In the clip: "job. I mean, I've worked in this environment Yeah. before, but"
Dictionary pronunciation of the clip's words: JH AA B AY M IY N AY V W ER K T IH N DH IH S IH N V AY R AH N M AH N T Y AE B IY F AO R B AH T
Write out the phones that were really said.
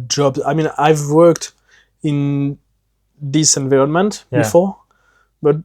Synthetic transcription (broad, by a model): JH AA B AY M IY N AY V W ER K T IH N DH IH S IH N V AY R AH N M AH N T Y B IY F AO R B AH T